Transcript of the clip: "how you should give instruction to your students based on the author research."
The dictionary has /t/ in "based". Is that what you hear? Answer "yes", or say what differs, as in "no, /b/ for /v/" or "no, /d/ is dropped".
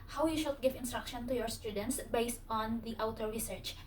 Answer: yes